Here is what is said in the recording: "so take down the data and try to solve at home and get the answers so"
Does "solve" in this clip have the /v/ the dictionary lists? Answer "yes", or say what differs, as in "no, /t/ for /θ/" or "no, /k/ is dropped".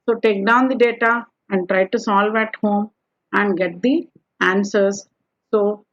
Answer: yes